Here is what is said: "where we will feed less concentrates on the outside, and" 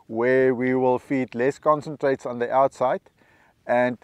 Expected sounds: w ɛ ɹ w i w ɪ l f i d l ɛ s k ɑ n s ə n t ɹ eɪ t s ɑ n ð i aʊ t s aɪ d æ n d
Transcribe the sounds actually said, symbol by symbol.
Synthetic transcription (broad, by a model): w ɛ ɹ w i w ɪ l f i d l ɛ s k ɑ n s ə n t ɹ eɪ t s ɑ n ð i aʊ t s aɪ d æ n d